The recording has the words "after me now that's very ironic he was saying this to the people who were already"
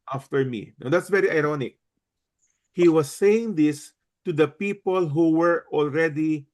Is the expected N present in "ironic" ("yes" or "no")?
yes